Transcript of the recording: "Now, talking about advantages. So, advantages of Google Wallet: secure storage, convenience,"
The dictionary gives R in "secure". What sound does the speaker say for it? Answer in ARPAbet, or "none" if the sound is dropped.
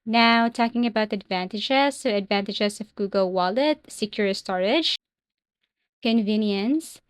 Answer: R